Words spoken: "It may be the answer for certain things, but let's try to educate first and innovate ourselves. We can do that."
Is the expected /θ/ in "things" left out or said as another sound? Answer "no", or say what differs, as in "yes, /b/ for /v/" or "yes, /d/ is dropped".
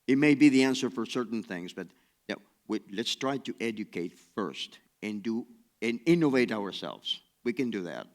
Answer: no